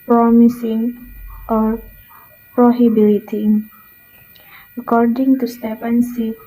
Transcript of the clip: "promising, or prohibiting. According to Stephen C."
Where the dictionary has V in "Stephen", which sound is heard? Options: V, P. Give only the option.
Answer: P